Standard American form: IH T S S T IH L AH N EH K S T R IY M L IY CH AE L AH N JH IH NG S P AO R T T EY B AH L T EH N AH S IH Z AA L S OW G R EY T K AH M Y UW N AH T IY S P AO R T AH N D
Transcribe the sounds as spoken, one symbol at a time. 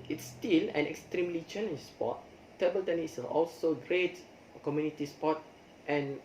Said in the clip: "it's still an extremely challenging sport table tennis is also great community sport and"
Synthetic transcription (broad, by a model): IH T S S T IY L AH N EH K S T R IY M L IY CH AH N IH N S P AO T T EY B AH L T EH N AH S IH AA L S OW G R EY T K AH M Y UW N AH T IY S P AO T T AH N